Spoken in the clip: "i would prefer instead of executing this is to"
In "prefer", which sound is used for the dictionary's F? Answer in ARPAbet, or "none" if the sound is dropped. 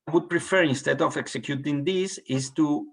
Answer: F